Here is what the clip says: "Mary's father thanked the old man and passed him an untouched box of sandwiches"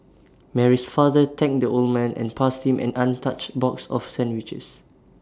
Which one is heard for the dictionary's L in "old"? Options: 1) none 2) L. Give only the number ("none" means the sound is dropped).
2